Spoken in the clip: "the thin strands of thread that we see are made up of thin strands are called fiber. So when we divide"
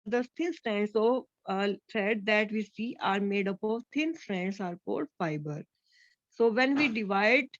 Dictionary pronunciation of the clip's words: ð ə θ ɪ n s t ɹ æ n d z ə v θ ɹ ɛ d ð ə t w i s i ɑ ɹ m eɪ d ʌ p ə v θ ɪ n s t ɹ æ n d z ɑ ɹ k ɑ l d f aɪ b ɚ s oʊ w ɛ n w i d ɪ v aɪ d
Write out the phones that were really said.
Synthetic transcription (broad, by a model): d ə t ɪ n s t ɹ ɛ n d s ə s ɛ d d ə t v i s i ɑ ɹ m eɪ d ʌ p ə v t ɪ n s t ɹ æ n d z ɑ ɹ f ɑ d f aɪ b ɚ s oʊ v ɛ n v i d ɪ v aɪ d